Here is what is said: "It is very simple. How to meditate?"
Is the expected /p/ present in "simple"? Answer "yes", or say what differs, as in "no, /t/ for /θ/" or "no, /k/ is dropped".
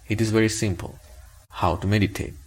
yes